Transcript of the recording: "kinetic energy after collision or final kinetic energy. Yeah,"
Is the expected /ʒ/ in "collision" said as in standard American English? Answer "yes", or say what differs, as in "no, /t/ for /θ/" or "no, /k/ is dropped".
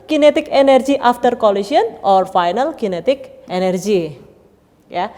no, /s/ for /ʒ/